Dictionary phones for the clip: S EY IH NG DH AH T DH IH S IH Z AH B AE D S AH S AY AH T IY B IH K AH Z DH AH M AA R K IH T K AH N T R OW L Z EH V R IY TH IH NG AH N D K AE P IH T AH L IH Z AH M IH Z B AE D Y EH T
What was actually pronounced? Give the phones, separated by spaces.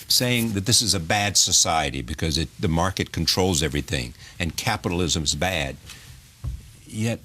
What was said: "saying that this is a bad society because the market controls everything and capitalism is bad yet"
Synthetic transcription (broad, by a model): S EY IH NG DH AH T DH IH S IH Z AH B AE D S AH S AY AH T IY B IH K AH Z DH AH M AA R K IH T K N T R OW L Z EH V R IY TH IH NG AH N K AE P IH T L IH Z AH M IH Z B AE D Y EH T